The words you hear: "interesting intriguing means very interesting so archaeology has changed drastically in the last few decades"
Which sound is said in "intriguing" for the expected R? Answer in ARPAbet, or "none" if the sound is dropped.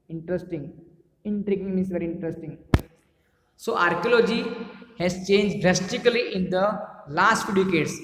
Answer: R